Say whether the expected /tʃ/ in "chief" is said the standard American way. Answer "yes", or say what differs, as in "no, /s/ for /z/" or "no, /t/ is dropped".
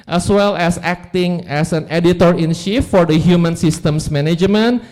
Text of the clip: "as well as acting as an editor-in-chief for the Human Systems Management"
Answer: no, /ʃ/ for /tʃ/